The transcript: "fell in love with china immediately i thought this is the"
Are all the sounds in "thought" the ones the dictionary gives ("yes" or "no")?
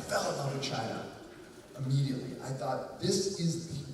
yes